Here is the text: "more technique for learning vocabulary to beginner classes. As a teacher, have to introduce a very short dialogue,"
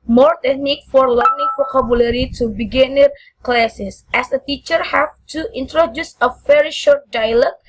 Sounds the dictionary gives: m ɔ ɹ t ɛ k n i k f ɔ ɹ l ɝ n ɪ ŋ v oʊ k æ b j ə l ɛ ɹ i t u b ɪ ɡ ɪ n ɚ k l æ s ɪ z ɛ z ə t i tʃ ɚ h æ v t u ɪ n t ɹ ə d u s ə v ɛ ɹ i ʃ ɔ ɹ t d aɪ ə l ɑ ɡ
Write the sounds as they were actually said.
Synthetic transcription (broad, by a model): m ɔ ɹ t ɛ k n i k f ɔ ɹ l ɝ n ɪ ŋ f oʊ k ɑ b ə l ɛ ɹ i t u b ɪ ɡ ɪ n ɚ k l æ s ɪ s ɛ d ə t i tʃ ɚ h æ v t u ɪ n t ɹ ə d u s ə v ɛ ɹ i ʃ ɔ ɹ t d aɪ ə l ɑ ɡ